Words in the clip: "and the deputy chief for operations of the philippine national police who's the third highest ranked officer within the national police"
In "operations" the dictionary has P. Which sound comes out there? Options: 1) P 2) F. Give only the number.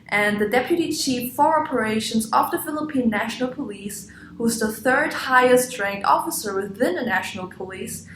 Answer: 1